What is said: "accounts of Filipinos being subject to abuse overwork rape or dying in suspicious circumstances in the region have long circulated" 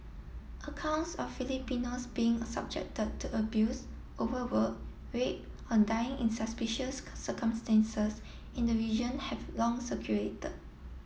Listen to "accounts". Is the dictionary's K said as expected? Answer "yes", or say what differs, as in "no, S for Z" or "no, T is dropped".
yes